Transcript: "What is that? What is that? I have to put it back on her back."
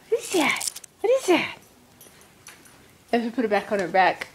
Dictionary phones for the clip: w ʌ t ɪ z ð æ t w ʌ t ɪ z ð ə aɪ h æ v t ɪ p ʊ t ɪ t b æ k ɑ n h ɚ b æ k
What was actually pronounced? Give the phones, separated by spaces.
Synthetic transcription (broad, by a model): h ɪ z ð æ t w ʌ t ɪ z ð ə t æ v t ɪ p ʊ t ɪ t b æ k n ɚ b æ k